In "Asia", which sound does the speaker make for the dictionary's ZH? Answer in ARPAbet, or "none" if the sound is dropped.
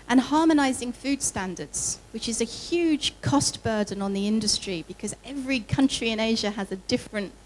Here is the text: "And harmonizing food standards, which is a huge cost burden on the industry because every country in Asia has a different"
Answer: ZH